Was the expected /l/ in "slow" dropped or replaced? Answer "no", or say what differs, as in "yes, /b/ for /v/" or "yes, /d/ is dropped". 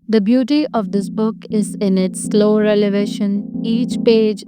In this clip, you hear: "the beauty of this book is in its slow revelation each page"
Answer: no